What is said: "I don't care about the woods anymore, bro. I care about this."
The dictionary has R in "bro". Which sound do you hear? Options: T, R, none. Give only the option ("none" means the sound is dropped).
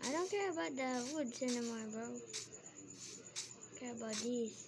none